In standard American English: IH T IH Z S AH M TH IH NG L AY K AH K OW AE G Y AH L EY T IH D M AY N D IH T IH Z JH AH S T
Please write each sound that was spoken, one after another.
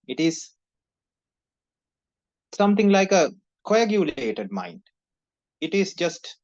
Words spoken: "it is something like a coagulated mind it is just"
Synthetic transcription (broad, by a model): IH T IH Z S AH M T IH NG L AY K AH K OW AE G Y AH L EY T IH D M AY N D IH T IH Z JH AH S T